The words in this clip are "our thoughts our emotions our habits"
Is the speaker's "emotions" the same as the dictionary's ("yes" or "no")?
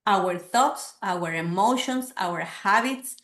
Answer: no